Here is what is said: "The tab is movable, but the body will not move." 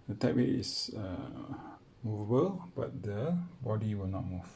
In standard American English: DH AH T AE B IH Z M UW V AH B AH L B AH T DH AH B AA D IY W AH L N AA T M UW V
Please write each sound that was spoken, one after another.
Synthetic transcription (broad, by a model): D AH T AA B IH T M UW V AH B AH L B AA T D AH B AA D IY W AH L N AA T M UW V